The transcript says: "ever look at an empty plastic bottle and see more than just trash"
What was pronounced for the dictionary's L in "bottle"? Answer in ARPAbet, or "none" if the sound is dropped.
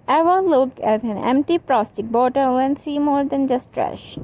W